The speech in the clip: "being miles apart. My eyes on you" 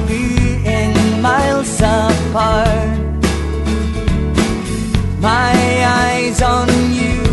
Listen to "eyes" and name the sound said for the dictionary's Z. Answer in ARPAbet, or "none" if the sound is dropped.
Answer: Z